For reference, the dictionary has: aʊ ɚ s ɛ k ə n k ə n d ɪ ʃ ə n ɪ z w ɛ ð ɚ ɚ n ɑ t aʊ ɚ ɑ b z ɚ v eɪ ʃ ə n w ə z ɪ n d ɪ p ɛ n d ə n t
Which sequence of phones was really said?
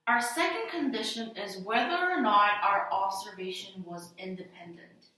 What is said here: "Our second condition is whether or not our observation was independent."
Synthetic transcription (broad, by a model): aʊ ɚ s ɛ k ə n k ə n d ɪ ʃ ə n ɪ z w ɛ ð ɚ ɚ n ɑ t aʊ ɚ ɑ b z ɚ v eɪ ʃ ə n w ə z ɪ n d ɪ p ɛ n d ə n t